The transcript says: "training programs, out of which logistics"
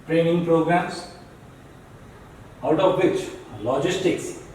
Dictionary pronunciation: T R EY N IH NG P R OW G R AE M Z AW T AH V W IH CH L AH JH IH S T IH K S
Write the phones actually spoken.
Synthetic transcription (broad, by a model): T R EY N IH NG P R OW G R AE M S AW T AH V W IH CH L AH JH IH S T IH K S